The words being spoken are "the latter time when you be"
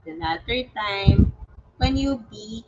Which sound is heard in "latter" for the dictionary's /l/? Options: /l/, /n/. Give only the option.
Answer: /n/